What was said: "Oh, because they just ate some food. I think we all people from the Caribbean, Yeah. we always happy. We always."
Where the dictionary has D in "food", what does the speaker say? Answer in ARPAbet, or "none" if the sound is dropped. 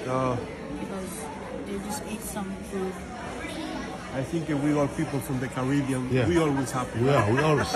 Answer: none